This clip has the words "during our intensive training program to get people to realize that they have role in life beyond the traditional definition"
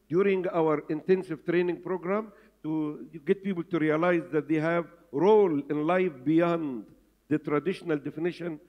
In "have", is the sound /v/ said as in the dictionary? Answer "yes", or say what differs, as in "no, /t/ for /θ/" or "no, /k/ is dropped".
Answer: yes